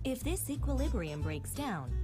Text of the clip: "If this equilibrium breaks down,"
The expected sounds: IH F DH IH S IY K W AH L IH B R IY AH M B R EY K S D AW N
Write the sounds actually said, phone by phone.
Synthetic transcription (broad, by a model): IH F DH IH S IY K W AH L IH B R IY AH M B R EY K S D AW N